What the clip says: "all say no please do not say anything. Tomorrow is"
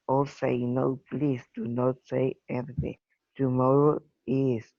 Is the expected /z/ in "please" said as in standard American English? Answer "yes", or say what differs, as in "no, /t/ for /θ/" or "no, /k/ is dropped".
no, /s/ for /z/